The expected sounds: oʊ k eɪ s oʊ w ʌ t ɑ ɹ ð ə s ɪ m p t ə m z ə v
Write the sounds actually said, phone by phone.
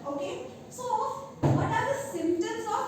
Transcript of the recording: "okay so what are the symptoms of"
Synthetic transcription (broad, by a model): oʊ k eɪ s oʊ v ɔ t ɑ ɹ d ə s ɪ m t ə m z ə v